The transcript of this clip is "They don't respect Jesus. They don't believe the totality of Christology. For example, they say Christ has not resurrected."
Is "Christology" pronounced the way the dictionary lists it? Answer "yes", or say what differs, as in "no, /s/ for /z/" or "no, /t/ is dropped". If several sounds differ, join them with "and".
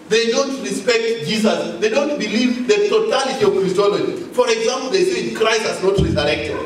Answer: yes